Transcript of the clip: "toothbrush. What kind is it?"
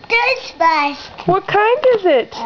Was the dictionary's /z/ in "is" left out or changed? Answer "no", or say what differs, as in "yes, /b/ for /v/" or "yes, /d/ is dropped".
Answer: no